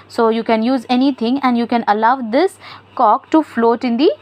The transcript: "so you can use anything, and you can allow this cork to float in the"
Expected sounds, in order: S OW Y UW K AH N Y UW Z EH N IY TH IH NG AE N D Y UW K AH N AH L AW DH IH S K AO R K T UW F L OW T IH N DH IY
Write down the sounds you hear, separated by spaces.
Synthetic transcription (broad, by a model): S OW Y UW K AH N Y UW Z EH N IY T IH NG AE N D Y UW K AH N AH L AW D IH S K AO K T UW F L OW T IH N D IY